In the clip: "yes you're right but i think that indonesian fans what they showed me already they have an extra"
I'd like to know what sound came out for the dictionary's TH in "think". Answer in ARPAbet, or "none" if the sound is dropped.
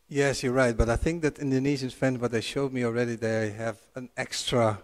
TH